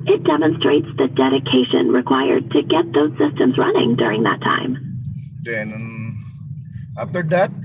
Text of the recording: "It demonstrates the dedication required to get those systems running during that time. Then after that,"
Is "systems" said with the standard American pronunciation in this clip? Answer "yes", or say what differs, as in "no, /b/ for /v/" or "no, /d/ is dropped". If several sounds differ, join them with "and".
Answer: yes